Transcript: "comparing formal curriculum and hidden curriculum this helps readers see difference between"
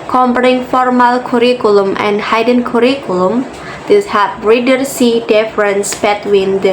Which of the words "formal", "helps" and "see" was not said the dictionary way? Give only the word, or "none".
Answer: helps